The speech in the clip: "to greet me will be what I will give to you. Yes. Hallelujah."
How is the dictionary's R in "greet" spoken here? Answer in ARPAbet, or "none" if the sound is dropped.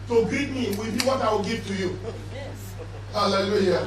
none